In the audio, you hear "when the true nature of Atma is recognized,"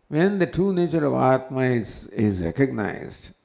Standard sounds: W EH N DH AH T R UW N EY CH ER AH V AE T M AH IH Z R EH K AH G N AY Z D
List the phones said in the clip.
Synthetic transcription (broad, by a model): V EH N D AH T R UW N EY CH ER AH V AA T M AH IH Z R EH K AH G N AY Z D